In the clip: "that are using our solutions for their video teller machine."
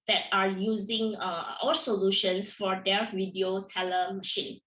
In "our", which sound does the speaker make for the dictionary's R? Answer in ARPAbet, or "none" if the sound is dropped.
L